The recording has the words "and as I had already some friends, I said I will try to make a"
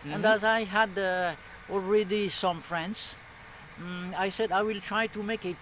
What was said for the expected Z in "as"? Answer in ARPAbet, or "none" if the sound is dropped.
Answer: Z